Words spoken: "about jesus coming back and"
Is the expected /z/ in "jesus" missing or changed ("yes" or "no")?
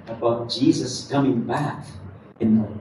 no